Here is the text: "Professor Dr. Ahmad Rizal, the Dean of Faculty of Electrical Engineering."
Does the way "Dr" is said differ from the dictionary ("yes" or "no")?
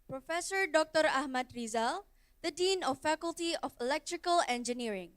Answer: no